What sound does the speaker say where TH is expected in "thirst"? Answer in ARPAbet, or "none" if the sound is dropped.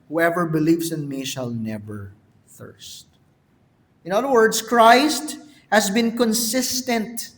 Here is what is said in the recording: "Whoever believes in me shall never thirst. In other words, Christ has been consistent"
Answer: TH